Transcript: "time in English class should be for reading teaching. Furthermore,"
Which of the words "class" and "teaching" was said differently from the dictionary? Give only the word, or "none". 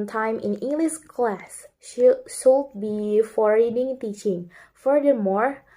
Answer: none